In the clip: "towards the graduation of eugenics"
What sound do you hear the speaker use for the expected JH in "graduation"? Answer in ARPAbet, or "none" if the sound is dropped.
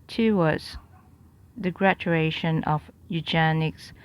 CH